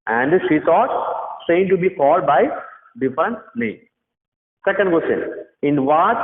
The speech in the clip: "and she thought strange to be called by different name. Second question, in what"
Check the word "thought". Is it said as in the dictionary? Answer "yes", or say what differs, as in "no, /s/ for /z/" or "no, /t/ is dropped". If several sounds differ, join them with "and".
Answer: no, /t/ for /θ/